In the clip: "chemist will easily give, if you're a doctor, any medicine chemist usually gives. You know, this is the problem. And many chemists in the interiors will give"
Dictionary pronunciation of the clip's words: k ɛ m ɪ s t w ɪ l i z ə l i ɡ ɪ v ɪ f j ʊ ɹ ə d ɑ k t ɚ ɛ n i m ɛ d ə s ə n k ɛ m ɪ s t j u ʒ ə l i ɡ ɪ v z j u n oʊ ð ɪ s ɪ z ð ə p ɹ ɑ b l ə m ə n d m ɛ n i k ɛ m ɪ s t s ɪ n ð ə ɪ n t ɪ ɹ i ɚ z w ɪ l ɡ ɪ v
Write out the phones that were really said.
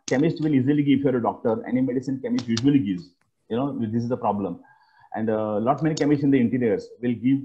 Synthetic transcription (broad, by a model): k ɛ m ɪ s t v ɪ l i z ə l i ɡ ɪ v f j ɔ ɹ ə d ɑ k t ɚ ɛ n i m ɛ d ə s ə n k ɛ m ɪ s t j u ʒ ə l i ɡ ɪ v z j u n oʊ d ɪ s ɪ z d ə p ɹ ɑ b l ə m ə n d m ɛ n i k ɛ m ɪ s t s ɪ n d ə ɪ n t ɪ ɹ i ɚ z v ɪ l ɡ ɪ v